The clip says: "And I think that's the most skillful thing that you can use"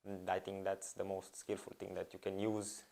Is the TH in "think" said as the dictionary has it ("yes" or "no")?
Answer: no